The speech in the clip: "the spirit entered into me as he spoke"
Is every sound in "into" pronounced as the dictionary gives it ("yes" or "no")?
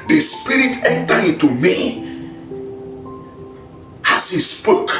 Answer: no